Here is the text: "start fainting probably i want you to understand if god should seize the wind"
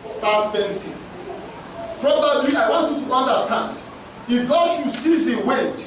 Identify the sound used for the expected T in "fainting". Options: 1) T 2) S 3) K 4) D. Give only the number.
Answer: 2